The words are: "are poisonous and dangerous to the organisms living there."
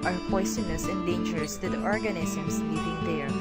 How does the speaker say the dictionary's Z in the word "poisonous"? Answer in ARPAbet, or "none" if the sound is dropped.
S